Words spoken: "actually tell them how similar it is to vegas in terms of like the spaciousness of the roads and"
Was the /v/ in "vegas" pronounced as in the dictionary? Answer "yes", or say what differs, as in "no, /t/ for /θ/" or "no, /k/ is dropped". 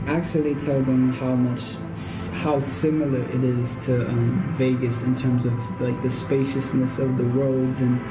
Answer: yes